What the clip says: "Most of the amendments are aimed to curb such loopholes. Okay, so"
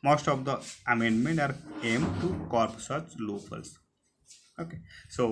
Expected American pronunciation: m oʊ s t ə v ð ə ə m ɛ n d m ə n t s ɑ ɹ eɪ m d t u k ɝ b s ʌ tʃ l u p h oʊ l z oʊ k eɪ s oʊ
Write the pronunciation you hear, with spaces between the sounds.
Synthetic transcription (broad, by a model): m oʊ s t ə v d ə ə m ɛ n d m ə n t ɑ ɹ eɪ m t u k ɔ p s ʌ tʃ l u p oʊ l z oʊ k eɪ s oʊ